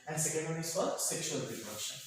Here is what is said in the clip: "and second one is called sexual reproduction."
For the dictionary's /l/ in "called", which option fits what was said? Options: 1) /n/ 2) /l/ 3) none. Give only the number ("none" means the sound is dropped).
3